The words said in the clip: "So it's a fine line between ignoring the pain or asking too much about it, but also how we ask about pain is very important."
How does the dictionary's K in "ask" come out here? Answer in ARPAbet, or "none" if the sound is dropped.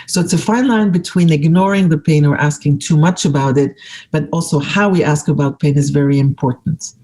K